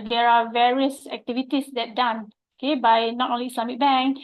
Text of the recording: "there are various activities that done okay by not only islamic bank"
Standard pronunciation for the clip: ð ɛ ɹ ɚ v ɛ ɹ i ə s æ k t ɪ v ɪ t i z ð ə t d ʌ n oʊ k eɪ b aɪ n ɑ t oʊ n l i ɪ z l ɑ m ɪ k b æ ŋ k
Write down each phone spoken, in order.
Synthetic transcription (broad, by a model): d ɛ ɹ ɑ v ɛ ɹ i ə s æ k t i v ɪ t i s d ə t d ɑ n oʊ k eɪ b aɪ n ɑ t oʊ n l i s l ɑ m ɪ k b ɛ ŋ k